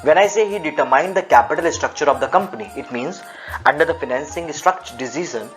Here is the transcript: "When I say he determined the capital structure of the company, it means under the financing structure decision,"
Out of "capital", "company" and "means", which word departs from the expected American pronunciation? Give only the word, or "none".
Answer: none